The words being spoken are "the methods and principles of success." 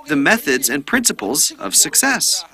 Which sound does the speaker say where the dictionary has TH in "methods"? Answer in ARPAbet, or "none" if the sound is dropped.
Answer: TH